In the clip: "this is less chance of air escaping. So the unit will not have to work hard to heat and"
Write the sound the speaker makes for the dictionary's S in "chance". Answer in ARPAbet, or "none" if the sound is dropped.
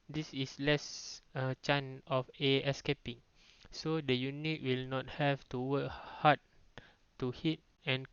none